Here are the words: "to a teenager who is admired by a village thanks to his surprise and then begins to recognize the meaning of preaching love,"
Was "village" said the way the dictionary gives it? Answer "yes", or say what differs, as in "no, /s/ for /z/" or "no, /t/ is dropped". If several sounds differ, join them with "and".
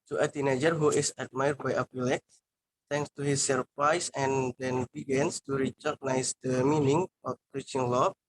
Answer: no, /p/ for /v/